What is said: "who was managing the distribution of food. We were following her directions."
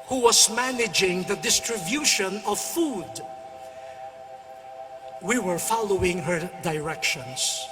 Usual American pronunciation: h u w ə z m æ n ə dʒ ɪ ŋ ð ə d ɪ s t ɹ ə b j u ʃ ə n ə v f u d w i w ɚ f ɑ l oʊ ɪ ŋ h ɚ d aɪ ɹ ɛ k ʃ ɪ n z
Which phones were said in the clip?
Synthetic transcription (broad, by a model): h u w ə z m æ n ə dʒ ɪ ŋ ð ə d ɪ s t ɹ ə b j u ʃ ə n ə v f u d w i w ɚ f ɑ l oʊ ɪ ŋ h ɚ d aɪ ɹ ɛ k ʃ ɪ n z